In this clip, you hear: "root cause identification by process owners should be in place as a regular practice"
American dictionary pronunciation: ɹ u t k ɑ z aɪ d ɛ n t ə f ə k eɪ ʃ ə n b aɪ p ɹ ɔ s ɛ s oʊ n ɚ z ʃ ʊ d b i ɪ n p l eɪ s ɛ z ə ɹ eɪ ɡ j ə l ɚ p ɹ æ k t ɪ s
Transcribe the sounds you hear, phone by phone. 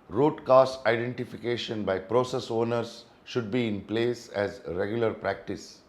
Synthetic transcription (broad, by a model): ɹ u t k ɑ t aɪ d ɛ n t ə f ə k eɪ ʃ ə n b aɪ p ɹ ɔ s ɛ s oʊ n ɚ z ʃ ʊ d b i ɪ n p l eɪ s ɛ z ɹ eɪ ɡ j ə l ɚ p ɹ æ k t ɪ s